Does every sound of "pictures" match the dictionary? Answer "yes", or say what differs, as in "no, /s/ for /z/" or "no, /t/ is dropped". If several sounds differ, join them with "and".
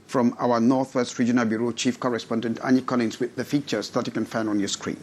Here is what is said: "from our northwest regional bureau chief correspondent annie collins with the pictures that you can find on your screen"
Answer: no, /f/ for /p/ and /k/ is dropped